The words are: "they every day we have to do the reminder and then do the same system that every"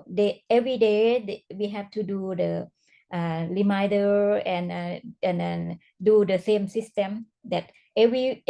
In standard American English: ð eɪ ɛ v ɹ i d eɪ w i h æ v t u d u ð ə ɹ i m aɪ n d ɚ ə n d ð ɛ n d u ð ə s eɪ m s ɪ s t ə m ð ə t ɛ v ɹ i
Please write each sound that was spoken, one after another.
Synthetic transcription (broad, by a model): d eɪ ɛ v ɹ i d eɪ w i h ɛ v t u d u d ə l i m aɪ d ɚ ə n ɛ n d u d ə s eɪ m s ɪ s t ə m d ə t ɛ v ɹ i